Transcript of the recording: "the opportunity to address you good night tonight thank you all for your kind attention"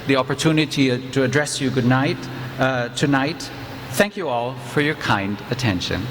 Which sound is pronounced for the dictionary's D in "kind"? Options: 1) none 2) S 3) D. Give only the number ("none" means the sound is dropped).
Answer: 3